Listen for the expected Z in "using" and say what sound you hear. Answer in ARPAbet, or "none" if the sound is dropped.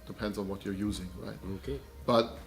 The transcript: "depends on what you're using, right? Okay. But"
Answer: Z